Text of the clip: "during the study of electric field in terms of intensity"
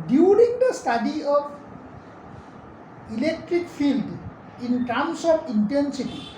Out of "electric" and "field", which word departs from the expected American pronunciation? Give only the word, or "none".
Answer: none